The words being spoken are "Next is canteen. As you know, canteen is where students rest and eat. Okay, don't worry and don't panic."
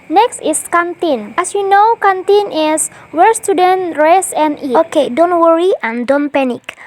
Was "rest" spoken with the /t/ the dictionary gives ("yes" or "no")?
no